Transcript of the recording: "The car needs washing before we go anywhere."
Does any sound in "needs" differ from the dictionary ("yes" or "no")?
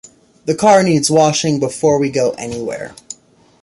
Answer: no